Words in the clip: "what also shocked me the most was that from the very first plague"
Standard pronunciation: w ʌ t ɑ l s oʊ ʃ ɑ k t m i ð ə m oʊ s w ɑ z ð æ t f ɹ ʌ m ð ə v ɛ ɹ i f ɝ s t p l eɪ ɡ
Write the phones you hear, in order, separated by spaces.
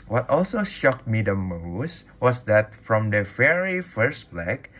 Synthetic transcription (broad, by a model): w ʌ t ɑ l s oʊ ʃ ɑ k t m i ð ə m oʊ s w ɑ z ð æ t f ɹ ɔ m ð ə f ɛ ɹ i f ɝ s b l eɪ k